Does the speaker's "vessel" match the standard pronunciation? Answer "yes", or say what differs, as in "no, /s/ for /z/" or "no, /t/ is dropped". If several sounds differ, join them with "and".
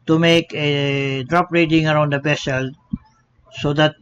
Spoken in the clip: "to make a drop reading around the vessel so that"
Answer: no, /b/ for /v/